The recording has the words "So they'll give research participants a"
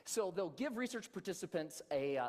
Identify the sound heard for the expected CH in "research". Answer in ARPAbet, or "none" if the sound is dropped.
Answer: CH